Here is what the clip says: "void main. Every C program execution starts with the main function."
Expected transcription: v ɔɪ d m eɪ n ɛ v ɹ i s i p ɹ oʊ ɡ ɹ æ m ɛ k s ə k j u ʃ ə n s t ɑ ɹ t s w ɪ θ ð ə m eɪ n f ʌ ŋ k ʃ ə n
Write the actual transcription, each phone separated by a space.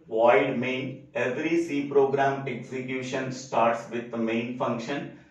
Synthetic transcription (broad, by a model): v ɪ d m eɪ n ɛ v ɹ i s i p ɹ oʊ ɡ ɹ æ m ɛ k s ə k j u ʃ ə n s t ɑ ɹ t s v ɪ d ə m eɪ n f ʌ ŋ k ʃ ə n